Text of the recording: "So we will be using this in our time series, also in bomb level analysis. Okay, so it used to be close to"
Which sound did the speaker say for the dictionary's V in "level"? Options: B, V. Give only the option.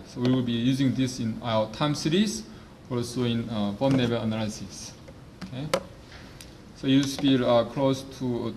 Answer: B